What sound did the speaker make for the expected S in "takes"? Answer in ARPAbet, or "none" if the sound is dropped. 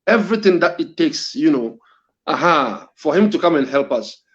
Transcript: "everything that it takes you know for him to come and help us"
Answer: S